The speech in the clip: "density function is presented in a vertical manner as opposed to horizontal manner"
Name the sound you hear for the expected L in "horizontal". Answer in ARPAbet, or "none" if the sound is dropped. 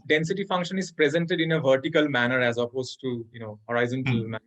N